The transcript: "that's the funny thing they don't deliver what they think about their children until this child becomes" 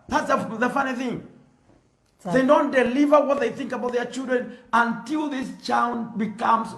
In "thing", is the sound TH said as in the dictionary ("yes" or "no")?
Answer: yes